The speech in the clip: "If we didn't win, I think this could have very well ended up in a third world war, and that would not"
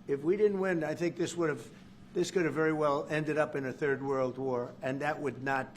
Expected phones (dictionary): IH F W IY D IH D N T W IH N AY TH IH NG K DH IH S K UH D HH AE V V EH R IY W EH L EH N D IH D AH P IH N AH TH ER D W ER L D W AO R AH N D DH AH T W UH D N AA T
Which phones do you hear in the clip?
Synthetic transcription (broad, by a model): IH F W IY D IH D N T W IH N AY TH IH NG K DH IH S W UH D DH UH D V EH R IY W EH L EH N D IH D AH P IH N AH TH ER D W ER L D W AO R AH N DH AH T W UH D N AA T